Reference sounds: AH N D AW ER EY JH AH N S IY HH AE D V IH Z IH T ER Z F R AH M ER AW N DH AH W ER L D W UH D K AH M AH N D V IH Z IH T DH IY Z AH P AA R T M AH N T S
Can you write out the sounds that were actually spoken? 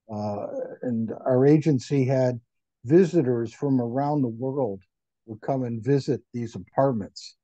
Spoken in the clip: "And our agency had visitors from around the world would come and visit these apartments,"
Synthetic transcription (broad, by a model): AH N AW ER EY JH AH N S IY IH D V IH Z IH T ER Z F R AH M ER AW N DH AH W ER L D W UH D K AH M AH N V IH Z IH T DH IY Z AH P AA R T M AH N T S